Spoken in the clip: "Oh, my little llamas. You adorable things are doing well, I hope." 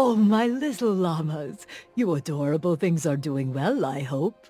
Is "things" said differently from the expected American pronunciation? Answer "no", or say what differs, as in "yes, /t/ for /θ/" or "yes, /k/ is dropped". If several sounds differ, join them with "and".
no